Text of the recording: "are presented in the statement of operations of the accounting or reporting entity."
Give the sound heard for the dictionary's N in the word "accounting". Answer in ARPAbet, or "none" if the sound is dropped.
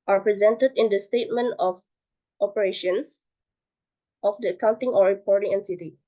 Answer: N